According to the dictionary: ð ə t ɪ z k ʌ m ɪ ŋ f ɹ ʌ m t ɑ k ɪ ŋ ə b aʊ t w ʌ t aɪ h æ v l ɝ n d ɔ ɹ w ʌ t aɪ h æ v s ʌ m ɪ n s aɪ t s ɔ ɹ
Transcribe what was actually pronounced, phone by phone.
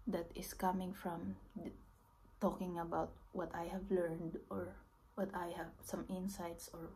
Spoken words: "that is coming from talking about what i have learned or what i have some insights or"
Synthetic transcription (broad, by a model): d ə t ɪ s k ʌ m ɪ ŋ f ɹ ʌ m t ɑ k ɪ ŋ ə b aʊ t w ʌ t aɪ h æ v l ɝ n d ɔ ɹ w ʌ t aɪ h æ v s ʌ m ɪ n s aɪ t s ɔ ɹ